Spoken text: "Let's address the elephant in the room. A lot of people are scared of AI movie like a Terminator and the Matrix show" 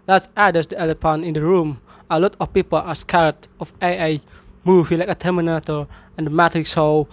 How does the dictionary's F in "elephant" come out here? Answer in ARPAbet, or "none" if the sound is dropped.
P